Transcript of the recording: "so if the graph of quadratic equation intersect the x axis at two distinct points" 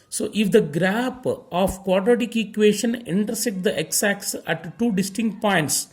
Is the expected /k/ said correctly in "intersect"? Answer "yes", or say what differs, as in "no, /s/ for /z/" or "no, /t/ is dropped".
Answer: no, /k/ is dropped